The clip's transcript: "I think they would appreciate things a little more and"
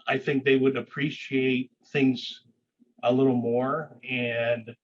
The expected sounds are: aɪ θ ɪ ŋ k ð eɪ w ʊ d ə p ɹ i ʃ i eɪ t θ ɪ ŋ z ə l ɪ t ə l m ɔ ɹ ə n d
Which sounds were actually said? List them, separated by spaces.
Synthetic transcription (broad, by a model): aɪ θ ɪ ŋ k ð eɪ w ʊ d ə p ɹ i ʃ i eɪ t θ ɪ ŋ z ə l ɪ t l m ɔ ɹ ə n